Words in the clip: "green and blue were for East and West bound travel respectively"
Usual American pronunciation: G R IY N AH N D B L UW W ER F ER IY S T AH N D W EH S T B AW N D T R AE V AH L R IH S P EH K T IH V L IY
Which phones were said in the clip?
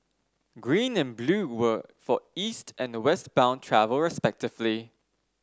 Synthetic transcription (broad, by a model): G R IY N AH N B L UW W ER F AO IY S T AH N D W EH S T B AW N T R AE V AH L R IH S P EH K T IH V L IY